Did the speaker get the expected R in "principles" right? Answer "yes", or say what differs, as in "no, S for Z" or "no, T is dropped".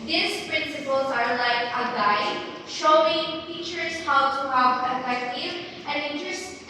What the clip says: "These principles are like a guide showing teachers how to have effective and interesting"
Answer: yes